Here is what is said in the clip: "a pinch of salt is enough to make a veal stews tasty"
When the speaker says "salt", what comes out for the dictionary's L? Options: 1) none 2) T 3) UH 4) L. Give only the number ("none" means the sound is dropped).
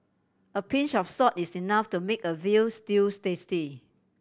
1